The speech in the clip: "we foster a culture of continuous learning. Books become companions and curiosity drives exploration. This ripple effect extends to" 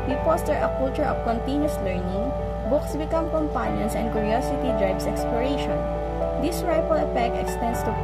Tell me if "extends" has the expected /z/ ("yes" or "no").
no